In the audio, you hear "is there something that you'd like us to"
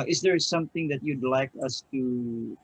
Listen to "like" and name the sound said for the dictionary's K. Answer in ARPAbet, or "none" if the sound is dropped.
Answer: K